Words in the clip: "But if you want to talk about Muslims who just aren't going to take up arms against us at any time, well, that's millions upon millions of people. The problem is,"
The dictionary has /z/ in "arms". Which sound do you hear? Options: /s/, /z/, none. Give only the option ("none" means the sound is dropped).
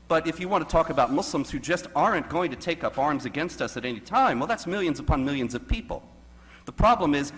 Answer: /z/